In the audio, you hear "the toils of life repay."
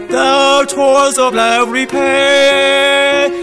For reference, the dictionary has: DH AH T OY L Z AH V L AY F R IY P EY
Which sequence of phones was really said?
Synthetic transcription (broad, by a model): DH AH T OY Z AH V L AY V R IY P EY